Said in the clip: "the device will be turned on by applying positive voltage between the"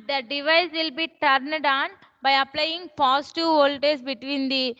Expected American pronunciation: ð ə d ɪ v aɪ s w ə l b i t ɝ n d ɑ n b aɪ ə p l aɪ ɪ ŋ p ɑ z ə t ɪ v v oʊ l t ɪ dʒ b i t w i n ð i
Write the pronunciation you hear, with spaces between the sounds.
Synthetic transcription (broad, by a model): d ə d ɪ v aɪ s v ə l b i t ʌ n d ɑ n b aɪ ə p l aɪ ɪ ŋ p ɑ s t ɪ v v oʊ l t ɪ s b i t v i n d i